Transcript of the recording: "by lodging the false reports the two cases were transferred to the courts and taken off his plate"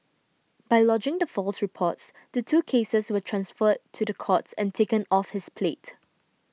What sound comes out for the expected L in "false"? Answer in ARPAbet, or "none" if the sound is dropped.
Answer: L